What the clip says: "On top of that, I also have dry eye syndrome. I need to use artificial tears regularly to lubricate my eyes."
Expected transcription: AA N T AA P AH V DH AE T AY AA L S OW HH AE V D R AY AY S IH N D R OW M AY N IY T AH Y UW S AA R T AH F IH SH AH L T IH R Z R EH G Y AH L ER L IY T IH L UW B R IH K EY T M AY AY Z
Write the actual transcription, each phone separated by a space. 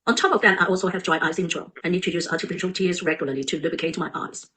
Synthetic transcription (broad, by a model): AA N T AA P AH V DH AE T AY AA L S OW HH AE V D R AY AY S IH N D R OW AY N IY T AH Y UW S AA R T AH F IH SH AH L T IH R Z R EH G Y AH L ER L IY T IH L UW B IH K EY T M AY AY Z